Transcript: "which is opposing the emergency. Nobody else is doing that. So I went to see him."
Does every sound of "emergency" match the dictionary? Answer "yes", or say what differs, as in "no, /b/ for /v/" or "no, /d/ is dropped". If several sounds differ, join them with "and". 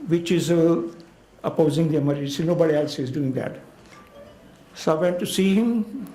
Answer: no, /dʒ/ is dropped and /n/ is dropped